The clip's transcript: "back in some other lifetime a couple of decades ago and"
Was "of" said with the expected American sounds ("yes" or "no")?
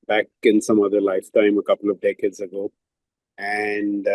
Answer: yes